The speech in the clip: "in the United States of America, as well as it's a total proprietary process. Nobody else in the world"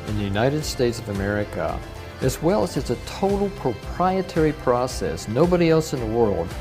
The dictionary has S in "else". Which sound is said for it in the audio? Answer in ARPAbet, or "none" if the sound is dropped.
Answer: S